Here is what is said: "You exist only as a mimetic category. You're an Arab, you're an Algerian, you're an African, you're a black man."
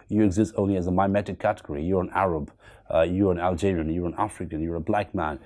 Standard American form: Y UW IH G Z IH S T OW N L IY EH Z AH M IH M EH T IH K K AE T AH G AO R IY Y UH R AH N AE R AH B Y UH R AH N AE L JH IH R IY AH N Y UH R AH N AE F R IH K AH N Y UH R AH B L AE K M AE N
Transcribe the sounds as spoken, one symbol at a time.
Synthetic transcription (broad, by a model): Y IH IH G Z IH S T OW N L IY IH Z AH M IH M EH T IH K K AE T AH G AO R IY Y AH R AH N AE R AH B Y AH R AH N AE L JH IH R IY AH N Y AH R AH N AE F R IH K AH N Y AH R AH B L AE K M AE N